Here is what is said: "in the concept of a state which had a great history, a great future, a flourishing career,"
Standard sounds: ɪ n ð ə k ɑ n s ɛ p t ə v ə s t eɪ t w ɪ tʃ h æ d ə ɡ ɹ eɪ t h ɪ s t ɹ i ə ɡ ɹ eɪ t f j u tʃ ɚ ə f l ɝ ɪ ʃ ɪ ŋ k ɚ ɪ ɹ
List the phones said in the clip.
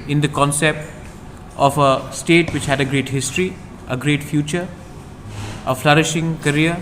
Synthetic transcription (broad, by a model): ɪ n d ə k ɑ n s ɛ p t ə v ə s t eɪ t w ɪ tʃ h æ d ə ɡ ɹ eɪ t h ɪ s t ɹ i ə ɡ ɹ eɪ t f j u tʃ ɚ ə f l ɝ ɪ ʃ ɪ ŋ k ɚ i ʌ